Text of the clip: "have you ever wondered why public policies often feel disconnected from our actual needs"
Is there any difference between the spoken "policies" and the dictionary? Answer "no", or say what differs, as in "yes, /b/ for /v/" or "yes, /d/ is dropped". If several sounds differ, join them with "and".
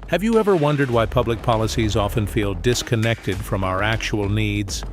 no